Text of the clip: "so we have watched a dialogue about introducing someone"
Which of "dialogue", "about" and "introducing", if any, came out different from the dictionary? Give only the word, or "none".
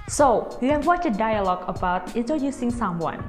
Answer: none